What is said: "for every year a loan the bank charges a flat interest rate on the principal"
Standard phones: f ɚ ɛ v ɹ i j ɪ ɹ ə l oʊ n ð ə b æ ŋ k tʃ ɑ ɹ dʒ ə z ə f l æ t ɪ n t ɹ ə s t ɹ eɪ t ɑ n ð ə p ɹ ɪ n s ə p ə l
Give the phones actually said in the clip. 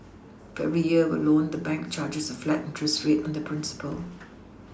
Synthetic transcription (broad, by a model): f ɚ ɛ v ɹ i j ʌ w ə l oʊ n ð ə b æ ŋ k tʃ ɑ dʒ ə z ə f l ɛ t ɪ n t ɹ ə s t ɹ eɪ t ɑ n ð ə p ɹ ɪ n s ə p ə l